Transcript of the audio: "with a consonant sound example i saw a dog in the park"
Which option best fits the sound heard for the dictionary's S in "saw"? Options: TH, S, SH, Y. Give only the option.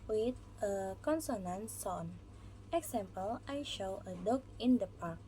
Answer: SH